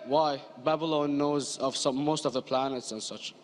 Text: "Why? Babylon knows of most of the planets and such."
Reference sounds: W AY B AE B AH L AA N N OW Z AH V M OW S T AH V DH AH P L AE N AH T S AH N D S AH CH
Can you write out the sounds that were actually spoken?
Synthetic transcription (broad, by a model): W AY B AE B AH L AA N N OW Z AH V M OW S T AH V DH AH P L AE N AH T S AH N S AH CH